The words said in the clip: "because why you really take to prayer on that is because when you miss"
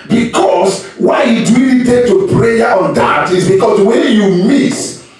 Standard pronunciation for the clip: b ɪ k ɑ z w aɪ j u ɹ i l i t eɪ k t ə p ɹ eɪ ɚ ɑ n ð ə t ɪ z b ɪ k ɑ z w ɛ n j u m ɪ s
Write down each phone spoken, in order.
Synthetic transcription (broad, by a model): b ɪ k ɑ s w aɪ j u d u i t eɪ t ə p ɹ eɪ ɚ ɑ n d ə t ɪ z b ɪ k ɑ s w ɛ n j u m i s